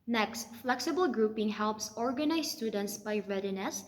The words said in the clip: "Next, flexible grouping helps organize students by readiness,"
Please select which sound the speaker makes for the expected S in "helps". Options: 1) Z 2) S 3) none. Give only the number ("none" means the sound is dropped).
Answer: 2